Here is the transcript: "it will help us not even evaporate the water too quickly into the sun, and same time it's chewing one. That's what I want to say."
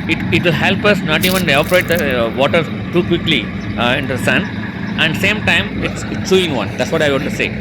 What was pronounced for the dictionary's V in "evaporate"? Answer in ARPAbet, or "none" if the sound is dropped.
none